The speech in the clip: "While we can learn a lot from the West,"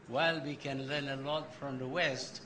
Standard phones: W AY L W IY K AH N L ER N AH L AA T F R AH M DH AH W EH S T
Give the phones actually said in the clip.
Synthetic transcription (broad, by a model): W AY L W IY K AH N L ER N AH L AA T F R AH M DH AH W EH S T